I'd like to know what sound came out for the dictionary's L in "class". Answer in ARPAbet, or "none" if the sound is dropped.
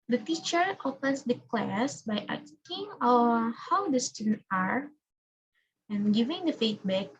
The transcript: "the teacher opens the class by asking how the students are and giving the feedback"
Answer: L